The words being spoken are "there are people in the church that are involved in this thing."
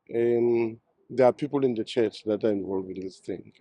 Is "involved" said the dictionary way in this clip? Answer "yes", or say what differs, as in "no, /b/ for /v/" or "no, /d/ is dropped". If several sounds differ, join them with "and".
no, /d/ is dropped